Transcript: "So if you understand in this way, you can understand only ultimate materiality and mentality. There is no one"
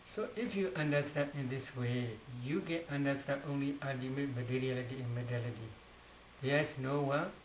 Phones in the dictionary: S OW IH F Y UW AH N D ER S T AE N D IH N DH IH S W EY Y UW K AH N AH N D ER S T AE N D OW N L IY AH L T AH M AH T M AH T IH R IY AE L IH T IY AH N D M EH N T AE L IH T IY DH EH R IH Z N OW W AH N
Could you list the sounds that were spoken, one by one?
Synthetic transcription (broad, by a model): S OW IH F Y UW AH N D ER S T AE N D IH N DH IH S W EY Y UW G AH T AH N D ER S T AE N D OW N L IY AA T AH M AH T M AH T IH R IY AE L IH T IY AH N M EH T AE L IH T IY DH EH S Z N OW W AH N